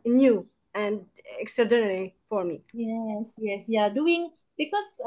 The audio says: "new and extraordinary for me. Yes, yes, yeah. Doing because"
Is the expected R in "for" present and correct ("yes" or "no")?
yes